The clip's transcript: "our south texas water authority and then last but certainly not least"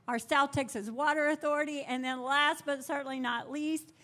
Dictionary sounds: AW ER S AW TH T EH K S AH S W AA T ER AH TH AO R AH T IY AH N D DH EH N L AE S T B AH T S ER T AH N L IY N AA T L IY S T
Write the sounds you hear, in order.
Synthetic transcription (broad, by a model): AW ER S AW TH T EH K S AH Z W AA T ER AH TH AO R AH T IY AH N DH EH N L AE S T B AH T S ER T N L IY N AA T L IY S T